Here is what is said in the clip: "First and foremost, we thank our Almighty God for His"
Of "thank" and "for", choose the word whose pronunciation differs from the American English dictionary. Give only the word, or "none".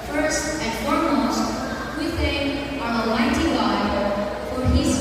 thank